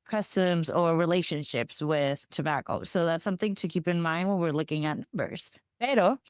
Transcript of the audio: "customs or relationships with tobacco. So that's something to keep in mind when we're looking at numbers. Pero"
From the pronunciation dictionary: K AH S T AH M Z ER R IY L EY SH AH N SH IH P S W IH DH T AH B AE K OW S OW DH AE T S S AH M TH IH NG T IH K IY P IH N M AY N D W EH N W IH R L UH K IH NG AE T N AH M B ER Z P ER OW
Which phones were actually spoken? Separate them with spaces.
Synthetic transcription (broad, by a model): K AH S T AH M Z ER R IY L EY SH AH N SH IH P S W IH DH T AH B AE K OW S OW DH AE T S S AH M TH IH NG T IH K IY P IH N M AY N D W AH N W IH R L UH K IH NG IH T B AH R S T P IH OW